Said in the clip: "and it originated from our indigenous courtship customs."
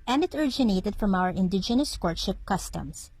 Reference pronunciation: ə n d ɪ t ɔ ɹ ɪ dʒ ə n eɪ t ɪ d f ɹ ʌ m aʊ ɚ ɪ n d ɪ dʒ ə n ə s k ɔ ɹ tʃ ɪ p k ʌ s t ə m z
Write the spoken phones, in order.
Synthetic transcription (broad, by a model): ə n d ɪ t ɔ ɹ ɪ dʒ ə n eɪ t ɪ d f ɹ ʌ m aʊ ɚ ɪ n d ɪ dʒ ə n ə s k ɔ ɹ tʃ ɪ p k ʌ s t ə m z